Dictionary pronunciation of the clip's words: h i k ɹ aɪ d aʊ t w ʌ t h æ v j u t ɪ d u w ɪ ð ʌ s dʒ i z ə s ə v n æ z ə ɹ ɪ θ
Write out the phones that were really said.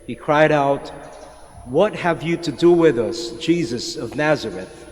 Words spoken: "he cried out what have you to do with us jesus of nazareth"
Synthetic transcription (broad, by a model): h i k ɹ aɪ d aʊ t w ʌ t h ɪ v j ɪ t ɪ d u w ɪ ð ʌ s dʒ i z ə s ə v n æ z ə ɹ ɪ θ